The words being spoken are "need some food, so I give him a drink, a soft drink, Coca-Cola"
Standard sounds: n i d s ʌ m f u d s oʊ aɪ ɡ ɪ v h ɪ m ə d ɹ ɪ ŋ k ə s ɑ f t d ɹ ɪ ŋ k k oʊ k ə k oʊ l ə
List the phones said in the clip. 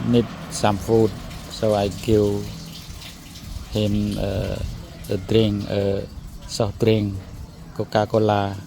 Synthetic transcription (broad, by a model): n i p s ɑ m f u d s oʊ aɪ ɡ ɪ w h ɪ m ə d ɹ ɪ ŋ ə s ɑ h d ɹ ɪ ŋ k k oʊ k ə k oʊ l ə